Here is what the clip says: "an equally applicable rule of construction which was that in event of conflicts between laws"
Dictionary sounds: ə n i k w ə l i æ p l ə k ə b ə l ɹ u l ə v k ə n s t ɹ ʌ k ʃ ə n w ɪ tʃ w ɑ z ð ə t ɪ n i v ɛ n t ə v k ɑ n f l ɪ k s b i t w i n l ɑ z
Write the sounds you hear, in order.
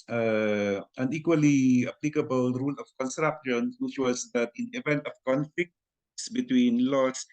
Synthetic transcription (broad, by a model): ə n i k w ə l i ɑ p l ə k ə b ə l ɹ u l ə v k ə n s t ɹ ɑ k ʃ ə n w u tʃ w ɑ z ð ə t ɪ n i v ɛ n t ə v k ɑ n f l ɪ k s b i t w i n l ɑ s